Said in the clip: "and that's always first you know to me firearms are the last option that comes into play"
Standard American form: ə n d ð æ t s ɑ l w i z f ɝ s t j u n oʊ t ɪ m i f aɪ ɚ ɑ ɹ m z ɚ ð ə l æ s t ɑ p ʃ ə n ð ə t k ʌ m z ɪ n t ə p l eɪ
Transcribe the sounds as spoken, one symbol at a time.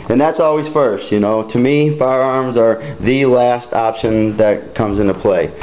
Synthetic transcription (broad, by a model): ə n ð æ t s ɑ l w i z f ɝ s t j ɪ n oʊ t ɪ m i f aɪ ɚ ɑ ɹ m z ɚ ð ə l æ s t ɑ p ʃ ə n ð ə t k ʌ m z ɪ n t ə p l eɪ